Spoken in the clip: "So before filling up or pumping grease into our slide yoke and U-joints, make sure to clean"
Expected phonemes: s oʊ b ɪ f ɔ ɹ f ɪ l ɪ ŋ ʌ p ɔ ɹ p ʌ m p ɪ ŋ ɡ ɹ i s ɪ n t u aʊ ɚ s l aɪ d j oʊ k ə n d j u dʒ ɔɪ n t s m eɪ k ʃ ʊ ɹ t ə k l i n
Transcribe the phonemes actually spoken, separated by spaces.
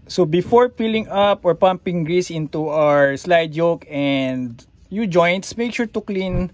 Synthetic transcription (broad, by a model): s oʊ b ɪ f ɔ ɹ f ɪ l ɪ ŋ ʌ p ɔ ɹ p ʌ m p ɪ ŋ ɡ ɹ i s ɪ n t u aʊ ɚ s l aɪ d j oʊ k ə n d j u dʒ ɔɪ n t s m eɪ k ʃ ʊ ɹ t ə k l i n